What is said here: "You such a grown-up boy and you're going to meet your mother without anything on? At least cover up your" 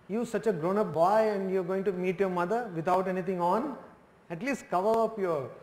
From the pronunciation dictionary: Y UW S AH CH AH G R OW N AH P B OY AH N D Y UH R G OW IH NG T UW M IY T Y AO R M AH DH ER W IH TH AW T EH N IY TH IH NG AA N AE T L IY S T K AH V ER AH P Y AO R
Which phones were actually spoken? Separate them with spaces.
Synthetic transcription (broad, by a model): Y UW S AH CH AH G R OW N AH P B OY AH N D Y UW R G OW IH NG T UW M IY T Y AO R M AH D ER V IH T AW T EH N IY T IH NG AA N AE T L IY S T K AH V ER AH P Y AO R